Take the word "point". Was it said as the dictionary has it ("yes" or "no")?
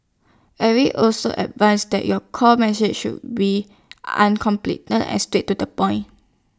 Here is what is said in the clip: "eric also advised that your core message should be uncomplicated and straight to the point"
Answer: no